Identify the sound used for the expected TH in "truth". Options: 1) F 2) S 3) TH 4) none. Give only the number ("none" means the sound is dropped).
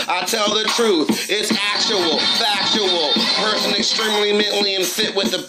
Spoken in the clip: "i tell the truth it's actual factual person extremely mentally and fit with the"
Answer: 3